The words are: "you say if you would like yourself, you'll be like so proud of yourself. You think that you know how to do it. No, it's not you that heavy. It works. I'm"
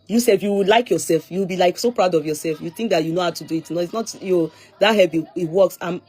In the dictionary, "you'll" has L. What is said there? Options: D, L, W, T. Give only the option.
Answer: W